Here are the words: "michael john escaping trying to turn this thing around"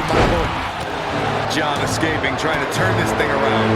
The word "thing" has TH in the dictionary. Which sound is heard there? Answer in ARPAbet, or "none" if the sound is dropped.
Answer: TH